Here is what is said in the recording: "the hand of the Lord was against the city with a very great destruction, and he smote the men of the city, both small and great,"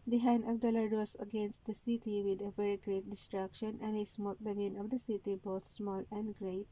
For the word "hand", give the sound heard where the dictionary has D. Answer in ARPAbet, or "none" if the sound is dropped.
none